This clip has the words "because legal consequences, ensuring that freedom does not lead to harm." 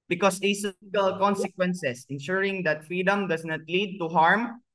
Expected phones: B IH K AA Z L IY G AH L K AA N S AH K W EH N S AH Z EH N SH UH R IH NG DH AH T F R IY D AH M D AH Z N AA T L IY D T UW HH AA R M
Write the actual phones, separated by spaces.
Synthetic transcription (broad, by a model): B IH K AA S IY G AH L K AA N S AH K W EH N S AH S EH N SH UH R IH NG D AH T F R IY D AH M D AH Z N AA T L IY D T UW HH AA R M